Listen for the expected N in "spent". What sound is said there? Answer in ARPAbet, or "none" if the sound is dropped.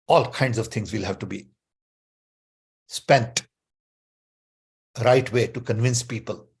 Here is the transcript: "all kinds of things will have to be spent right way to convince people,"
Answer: N